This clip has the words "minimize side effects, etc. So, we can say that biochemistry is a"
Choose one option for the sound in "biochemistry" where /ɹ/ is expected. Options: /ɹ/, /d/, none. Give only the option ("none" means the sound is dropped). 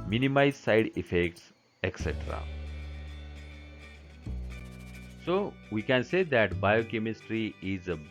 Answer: /ɹ/